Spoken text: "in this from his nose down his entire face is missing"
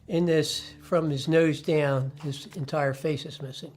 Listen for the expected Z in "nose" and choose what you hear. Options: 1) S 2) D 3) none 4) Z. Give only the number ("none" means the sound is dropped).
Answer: 4